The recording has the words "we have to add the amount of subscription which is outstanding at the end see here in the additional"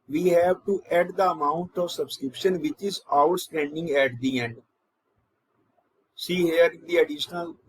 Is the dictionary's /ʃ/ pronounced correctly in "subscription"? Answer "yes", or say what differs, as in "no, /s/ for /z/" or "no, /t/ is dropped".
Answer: yes